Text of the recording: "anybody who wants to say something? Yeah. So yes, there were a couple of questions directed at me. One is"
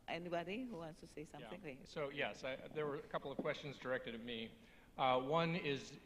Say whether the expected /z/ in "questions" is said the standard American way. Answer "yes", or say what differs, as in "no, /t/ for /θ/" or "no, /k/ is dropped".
yes